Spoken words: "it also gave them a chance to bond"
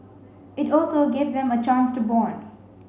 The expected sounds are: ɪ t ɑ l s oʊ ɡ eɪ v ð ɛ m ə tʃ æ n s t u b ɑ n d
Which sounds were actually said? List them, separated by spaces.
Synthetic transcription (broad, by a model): ɪ t ɑ l s oʊ ɡ eɪ v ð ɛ m ə tʃ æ n s t u b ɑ n